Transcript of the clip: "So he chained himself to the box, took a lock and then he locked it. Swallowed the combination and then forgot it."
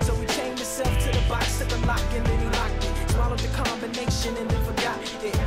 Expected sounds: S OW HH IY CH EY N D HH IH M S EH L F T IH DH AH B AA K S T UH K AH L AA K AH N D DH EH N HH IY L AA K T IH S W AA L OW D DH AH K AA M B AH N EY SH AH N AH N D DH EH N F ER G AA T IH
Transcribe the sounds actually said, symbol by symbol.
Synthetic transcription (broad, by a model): S OW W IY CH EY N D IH S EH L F T IH DH AH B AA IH S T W AH L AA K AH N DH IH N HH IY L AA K IH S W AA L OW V DH AH K AA M B AH N EY SH AH N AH N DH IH F ER G AA T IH